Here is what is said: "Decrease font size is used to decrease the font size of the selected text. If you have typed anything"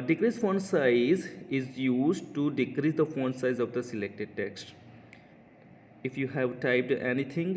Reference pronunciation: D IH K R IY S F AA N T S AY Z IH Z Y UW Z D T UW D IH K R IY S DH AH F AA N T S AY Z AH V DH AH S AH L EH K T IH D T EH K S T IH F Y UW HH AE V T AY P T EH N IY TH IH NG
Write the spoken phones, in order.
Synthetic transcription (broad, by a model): D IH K R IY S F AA N S AY Z IH Z Y UW Z D T UW D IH K R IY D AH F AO N S AY Z AH V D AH S AH L EH K T IH D T EH K S T IH F Y UW HH AE V T AY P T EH N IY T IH NG